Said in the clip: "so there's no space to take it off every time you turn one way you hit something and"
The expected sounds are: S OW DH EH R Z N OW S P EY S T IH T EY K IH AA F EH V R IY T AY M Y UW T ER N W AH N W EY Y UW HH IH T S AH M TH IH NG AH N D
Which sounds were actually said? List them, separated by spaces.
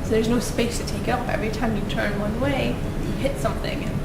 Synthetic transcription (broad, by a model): S OW DH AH R Z N OW S P EY S T IH T EY K IH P EH V R IY T AY M Y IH T ER N W AH N W EY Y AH HH IH T S AH M TH IH NG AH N